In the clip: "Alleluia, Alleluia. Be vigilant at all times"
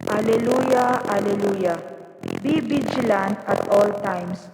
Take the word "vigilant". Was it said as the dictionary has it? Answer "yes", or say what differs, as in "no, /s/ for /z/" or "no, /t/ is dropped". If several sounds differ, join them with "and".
no, /b/ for /v/